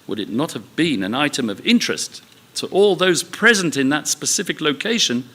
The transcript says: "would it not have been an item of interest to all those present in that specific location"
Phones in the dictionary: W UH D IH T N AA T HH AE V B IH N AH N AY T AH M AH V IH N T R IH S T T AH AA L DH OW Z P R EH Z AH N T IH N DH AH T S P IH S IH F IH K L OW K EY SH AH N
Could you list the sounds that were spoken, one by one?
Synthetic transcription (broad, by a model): W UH D IH T N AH T HH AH V B IH N AH N AY T AH M AH V IH N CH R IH S T T AA L DH OW Z P R EH Z AH N T IH N DH AH T S P IH S IH F IH K L OW K EY SH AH N